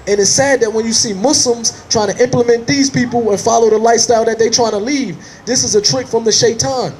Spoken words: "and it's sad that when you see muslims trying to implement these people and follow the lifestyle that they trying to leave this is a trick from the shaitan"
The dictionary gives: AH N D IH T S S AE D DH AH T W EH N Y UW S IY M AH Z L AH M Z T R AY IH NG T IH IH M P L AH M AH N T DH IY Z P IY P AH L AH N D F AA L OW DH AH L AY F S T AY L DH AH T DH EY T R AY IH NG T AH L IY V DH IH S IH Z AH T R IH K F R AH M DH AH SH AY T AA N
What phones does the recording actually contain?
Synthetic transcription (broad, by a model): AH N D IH T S S AE D DH AH T W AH N Y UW S IY M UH S L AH M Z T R AY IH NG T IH IH M P L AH M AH N DH IY Z P IY P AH L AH N F AA L OW DH AH L AY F S T AY L DH AH T DH EY T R AY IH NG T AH L IY V DH IH S IH Z AH T R IH K F R AH M DH AH SH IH T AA N